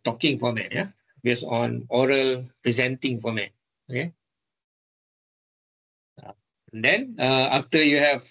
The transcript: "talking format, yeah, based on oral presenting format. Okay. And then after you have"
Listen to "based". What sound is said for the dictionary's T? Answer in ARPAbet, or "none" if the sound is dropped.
none